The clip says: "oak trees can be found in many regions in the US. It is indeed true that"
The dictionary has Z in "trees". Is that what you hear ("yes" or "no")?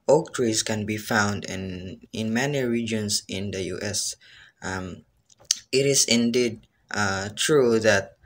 no